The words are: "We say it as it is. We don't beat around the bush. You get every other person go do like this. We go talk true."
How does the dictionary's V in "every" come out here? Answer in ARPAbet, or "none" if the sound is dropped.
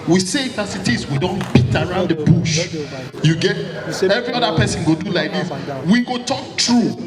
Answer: V